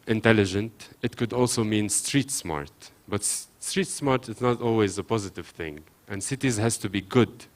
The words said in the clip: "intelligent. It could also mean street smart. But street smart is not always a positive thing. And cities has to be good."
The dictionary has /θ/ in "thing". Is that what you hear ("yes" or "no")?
yes